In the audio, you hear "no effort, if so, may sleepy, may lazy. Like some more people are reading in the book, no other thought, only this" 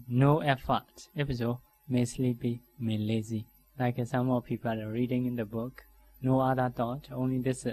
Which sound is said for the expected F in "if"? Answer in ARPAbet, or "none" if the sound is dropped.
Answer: P